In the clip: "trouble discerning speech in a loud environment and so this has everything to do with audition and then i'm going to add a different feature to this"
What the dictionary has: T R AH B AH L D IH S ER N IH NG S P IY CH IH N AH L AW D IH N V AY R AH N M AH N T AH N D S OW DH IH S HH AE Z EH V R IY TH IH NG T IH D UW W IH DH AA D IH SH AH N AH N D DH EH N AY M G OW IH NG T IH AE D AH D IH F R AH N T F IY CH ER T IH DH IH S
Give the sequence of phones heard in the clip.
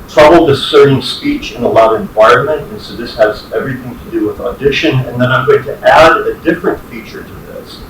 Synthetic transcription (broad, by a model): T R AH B L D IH S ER IH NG S P IY CH IH N AH L AW D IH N V AY R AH N M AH N T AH N S OW DH IH S HH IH Z EH V R IY TH IH NG T IH D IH W IH DH AA D IH SH AH N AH N DH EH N AY M G OW IH NG T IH AE D AH D IH F R AH N T F IY CH ER T IH DH IH S